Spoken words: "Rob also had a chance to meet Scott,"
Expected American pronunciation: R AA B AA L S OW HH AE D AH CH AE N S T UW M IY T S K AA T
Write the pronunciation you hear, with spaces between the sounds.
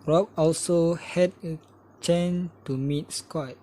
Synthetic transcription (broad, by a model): R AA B AA L S OW HH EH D AH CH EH N T UW M IY T S K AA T